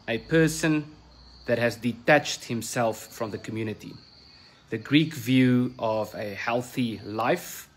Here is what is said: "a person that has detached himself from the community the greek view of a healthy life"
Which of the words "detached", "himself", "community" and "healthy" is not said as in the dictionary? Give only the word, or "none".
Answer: none